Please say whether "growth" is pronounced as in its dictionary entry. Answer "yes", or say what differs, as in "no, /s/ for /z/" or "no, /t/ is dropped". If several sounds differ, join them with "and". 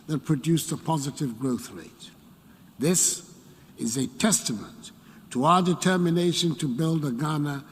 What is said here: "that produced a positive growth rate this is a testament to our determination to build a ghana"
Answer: yes